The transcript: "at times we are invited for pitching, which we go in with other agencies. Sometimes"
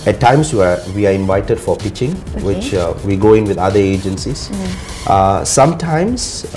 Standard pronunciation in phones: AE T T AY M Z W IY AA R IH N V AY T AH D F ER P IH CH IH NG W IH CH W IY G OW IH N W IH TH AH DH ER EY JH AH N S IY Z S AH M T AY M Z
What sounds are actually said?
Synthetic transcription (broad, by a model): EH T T AY M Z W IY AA W IH N V AY T AH D F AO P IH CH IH NG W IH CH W IY G OW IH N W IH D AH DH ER EY JH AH N S IY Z S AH M T AY M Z